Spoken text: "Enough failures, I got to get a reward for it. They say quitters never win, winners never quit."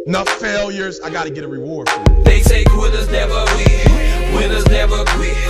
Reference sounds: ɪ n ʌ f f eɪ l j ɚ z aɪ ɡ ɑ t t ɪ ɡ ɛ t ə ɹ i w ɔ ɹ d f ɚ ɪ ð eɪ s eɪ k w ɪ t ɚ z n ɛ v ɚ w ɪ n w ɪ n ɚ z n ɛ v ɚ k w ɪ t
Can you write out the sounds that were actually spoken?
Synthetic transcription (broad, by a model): n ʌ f f eɪ l j ɚ z aɪ ɡ ɑ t t ɪ ɡ ɛ t ə ɹ i w ɔ ɹ d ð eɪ s eɪ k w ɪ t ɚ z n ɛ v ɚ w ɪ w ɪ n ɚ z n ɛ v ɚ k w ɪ